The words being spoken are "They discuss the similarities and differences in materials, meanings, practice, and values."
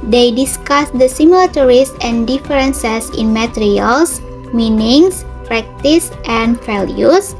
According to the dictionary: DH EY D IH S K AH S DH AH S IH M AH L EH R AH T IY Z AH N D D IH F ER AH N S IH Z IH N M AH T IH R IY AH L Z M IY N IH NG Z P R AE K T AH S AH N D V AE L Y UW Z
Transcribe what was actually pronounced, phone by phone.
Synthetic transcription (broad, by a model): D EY D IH S K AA S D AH S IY M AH L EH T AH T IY S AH N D D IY F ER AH N S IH S IH N M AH T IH R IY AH L S M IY N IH NG S P R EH K T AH S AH N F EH L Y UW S